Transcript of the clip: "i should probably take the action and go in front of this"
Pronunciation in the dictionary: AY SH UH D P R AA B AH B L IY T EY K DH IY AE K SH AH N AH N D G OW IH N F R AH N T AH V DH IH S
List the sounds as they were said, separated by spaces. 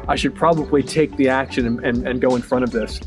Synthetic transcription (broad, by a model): AY SH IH D P R AA B AH B L IY T EY K DH IY AE K SH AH N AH N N G OW IH N F R AH T AH V DH IH S